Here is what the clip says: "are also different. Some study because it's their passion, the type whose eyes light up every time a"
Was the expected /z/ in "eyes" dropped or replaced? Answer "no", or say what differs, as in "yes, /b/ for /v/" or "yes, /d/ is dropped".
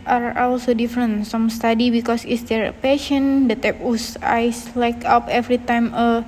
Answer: yes, /s/ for /z/